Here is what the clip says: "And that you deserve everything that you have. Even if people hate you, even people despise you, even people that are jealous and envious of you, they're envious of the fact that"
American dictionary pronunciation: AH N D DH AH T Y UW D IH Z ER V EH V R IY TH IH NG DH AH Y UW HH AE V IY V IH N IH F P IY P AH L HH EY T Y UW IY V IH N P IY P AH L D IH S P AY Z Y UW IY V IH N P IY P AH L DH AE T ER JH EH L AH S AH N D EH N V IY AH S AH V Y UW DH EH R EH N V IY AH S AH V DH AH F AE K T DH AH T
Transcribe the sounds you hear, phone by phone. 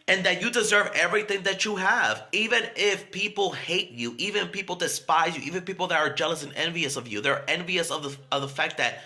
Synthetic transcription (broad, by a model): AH N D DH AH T Y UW D IH Z ER V EH V R IY TH IH NG DH AH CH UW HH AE V IY V IH N IH F P IY P L HH EY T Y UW IY V IH N P IY P L D IH S P AY Z Y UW IY V IH N P IY P L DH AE T ER JH EH L AH S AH N EH N V IY AH S AH V Y UW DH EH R EH N V IY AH S AH V DH AH F AE K T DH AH T